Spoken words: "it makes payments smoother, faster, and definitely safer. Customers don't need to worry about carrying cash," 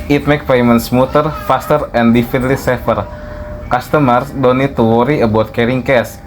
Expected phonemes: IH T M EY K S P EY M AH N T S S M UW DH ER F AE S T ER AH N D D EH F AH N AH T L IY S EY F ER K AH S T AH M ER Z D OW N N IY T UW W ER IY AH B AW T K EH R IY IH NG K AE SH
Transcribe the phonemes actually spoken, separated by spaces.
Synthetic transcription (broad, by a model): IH T M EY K P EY M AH N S S M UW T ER F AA S T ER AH N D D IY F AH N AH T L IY S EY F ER K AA S T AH M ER S D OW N N IY T UW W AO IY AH B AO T K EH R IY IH NG K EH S